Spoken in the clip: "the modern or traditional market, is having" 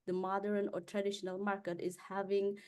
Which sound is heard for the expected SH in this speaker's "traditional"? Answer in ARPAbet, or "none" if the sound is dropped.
SH